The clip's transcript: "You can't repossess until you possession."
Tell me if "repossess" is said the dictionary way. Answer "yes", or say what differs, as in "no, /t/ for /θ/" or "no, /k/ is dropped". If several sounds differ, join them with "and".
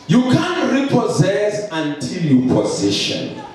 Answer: yes